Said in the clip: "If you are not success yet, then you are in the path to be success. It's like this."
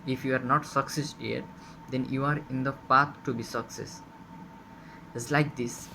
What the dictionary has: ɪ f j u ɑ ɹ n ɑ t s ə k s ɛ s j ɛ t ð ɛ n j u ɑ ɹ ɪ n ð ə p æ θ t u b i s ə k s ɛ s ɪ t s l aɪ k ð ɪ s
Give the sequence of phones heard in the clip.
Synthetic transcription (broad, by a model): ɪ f j u ɑ ɹ n ɑ t s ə k s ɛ s j ɛ t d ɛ n j u ɑ ɹ ɪ n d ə p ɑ t t u b i s ə k s ɛ s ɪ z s l aɪ k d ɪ s